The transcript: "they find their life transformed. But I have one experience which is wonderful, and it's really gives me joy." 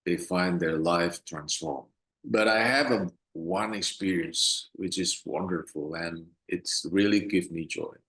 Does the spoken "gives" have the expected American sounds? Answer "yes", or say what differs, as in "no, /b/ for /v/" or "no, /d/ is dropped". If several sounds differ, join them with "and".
no, /z/ is dropped